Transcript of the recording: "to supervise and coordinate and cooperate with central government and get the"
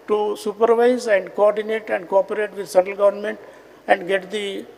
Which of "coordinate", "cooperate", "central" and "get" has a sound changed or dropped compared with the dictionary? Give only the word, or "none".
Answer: central